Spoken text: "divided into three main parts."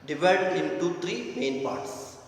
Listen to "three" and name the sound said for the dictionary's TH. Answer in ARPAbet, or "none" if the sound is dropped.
T